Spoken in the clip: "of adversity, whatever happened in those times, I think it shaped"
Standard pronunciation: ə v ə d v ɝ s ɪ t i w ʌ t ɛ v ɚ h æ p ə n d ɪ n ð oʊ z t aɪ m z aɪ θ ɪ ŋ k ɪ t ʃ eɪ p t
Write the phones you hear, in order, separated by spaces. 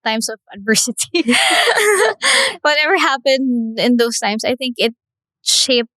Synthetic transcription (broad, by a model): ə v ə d v ɝ s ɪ t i w ʌ t ɛ v ɚ h æ p ə n d ɪ n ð oʊ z t aɪ m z aɪ θ ɪ ŋ k ɪ t ʃ eɪ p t